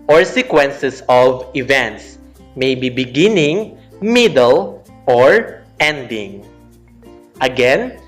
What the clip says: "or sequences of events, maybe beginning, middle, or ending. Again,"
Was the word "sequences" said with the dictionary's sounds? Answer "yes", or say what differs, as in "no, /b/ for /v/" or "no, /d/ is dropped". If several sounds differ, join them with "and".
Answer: no, /s/ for /z/